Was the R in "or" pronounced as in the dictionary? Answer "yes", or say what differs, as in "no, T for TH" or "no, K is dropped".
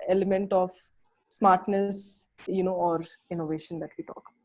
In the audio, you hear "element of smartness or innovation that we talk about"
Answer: yes